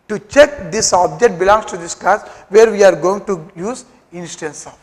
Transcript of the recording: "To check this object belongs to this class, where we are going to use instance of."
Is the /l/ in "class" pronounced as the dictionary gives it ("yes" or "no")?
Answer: no